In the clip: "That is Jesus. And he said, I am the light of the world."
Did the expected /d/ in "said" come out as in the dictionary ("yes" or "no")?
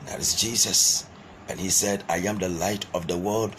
yes